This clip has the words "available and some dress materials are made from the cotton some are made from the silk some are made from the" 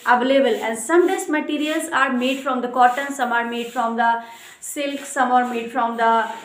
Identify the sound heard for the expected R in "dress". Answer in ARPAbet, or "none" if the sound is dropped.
none